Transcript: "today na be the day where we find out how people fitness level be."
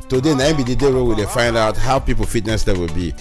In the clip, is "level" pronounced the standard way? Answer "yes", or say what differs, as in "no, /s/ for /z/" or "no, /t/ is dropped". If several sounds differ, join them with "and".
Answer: no, /w/ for /v/